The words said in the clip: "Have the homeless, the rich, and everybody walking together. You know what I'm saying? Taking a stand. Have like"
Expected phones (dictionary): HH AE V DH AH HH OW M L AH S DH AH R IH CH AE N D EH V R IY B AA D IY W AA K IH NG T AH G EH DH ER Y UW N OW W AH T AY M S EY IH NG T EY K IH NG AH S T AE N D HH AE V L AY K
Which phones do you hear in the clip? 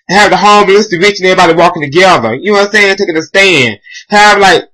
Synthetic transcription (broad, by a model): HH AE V DH AH HH OW M AH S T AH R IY CH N EH V R IY B AA D IY W AA K IH NG T AH G EH DH ER Y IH N OW S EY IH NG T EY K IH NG AH S T AE N D HH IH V L AY K